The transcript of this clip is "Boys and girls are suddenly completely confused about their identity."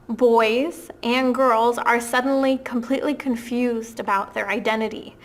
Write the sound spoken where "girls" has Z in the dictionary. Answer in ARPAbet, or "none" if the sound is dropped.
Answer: Z